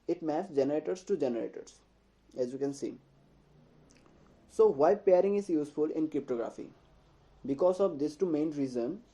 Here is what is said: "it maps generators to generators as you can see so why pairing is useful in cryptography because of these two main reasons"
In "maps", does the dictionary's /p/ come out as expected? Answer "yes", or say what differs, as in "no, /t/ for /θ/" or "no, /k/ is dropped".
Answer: no, /p/ is dropped